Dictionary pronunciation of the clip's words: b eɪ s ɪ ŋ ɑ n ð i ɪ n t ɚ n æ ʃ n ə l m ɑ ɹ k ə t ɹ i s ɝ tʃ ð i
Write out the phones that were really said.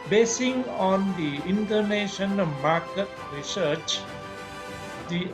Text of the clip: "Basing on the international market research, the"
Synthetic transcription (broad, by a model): b eɪ s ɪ ŋ ɑ n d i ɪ n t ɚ n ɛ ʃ ə n m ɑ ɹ k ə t ɹ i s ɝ tʃ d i